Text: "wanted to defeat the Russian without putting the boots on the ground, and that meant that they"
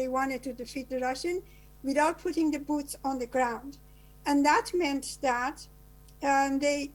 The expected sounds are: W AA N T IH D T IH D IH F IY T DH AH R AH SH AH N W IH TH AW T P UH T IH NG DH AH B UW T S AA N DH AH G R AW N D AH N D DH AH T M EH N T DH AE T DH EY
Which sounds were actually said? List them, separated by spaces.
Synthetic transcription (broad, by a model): W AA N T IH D T IH D IH F IY T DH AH R AH SH AH N W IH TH AW T P UH T IH NG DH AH B UW T S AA N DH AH G R AW N D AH N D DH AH T M EH N T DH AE T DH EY